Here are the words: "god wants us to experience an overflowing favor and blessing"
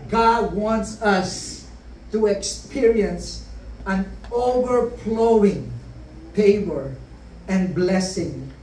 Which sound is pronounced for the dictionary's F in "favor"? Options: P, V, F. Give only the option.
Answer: P